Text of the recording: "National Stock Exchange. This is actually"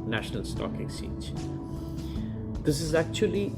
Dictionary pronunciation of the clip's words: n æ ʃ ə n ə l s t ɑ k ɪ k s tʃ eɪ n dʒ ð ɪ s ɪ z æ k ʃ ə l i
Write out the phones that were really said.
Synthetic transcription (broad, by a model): n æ ʃ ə n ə l s t ɑ k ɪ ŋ s i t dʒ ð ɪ s ɪ z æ k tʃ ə l i